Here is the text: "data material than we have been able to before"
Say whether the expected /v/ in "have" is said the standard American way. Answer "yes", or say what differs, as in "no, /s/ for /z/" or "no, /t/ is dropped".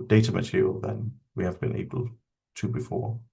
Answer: yes